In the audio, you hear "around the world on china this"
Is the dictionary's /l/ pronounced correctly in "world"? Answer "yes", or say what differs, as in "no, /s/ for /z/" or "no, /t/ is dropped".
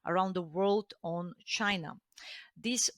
yes